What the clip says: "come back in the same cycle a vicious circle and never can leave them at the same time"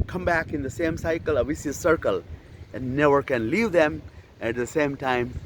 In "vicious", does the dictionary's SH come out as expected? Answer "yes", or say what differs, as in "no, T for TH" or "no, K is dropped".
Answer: no, S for SH